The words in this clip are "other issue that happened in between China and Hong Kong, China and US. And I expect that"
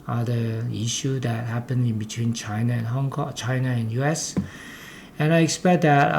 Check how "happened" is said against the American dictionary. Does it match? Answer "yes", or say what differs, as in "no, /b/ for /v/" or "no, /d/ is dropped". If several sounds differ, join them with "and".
no, /d/ is dropped